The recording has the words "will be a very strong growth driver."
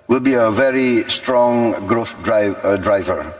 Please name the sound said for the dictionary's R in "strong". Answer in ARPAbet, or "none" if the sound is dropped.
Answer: R